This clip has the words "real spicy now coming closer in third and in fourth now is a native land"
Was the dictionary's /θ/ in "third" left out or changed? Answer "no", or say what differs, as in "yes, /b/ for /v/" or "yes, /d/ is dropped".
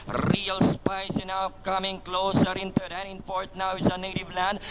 yes, /t/ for /θ/